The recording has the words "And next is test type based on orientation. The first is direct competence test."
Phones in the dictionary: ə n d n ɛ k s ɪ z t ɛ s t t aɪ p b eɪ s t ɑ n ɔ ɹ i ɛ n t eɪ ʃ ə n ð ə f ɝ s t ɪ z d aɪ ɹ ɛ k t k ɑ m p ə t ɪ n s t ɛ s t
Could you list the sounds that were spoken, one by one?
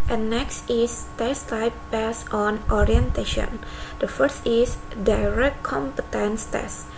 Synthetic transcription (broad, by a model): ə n n ɛ k s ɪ s t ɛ s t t aɪ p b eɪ s ɑ n ɔ ɹ i ɛ n t eɪ ʃ ə n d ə f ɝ s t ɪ s d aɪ ɹ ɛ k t k ɑ m p ə t ɪ n s t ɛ s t